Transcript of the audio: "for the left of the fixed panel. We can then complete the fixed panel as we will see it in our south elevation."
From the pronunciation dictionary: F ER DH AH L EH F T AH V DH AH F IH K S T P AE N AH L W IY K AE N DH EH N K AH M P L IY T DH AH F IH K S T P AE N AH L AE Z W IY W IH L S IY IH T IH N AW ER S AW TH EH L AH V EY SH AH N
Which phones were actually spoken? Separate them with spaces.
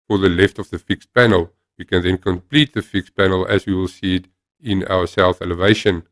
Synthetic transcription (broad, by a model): F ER DH AH L EH F T AH V DH AH F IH K S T P AE N AH L W IY K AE N DH EH N K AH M P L IY T DH AH F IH K S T P AE N AH L AE Z W IY W IH L S IY IH T IH N AW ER S AW TH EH L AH V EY SH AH N